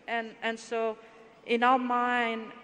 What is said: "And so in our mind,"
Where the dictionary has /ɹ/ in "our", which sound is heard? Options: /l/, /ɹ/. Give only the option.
/l/